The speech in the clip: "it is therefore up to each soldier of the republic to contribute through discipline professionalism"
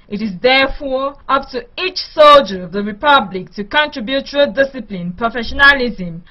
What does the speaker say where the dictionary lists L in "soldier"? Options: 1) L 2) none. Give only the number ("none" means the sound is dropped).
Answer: 1